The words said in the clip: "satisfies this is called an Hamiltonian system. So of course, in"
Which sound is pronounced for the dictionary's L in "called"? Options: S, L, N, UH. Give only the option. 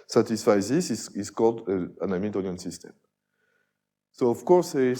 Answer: L